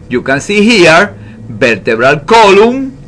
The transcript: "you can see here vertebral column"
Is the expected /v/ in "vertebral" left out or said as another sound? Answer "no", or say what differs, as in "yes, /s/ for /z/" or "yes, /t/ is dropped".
yes, /b/ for /v/